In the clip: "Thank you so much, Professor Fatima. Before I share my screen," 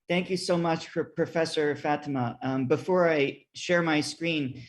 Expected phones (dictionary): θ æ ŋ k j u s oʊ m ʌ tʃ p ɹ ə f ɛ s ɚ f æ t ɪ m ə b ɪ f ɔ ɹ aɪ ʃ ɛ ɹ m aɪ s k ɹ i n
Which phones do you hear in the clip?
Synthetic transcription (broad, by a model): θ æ ŋ k j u s oʊ m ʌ tʃ p ɹ ə f ɛ s ɚ f æ t ɪ m ə b ɪ f ɔ ɹ aɪ ʃ ɛ ɹ m aɪ s k ɹ i n